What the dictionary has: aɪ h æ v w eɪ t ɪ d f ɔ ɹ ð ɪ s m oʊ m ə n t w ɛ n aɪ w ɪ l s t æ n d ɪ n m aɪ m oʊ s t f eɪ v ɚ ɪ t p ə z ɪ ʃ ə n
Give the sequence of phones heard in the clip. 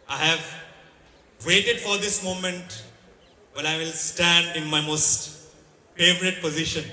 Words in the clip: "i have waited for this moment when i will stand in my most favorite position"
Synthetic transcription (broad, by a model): aɪ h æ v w eɪ t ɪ d f ɔ ɹ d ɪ s m oʊ m ə n t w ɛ l aɪ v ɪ l s t æ n d ɪ n m aɪ m oʊ s t f eɪ v ɚ ɪ t p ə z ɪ ʃ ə n